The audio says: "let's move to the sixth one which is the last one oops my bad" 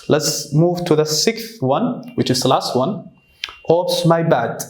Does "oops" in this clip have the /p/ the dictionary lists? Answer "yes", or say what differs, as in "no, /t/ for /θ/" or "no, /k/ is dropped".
no, /p/ is dropped